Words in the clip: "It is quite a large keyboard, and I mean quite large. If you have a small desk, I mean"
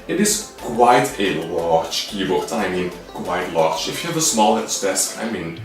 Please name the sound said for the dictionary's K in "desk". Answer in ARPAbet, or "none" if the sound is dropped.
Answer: none